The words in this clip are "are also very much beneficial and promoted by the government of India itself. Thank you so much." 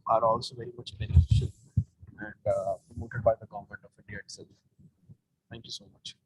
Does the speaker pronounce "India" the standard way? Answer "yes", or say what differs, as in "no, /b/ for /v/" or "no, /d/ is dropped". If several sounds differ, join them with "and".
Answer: no, /n/ is dropped